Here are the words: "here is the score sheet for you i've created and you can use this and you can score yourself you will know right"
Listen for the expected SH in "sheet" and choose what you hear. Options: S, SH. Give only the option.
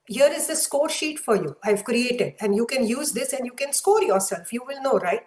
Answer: SH